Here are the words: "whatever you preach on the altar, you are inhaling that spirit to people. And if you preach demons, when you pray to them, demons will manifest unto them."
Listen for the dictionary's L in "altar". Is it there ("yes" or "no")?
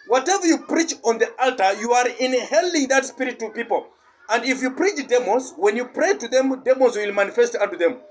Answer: yes